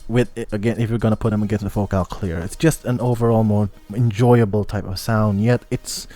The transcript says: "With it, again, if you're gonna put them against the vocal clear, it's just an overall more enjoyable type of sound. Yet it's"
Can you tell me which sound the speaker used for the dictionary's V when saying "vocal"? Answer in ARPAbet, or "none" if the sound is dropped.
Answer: F